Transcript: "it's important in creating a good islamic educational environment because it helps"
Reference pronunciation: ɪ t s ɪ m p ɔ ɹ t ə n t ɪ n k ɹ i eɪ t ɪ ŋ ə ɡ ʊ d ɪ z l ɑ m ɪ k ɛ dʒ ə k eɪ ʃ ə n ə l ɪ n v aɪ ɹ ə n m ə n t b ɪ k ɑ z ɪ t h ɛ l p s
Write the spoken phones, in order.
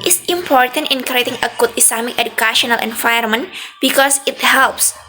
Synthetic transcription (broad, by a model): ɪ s ɪ m p ɔ ɹ t ə n t ɪ n k ɹ i eɪ t ɪ ŋ ə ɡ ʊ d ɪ s l ɑ m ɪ k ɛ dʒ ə k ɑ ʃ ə n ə l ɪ n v aɪ ə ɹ m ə n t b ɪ k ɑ s ɪ t h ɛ l p s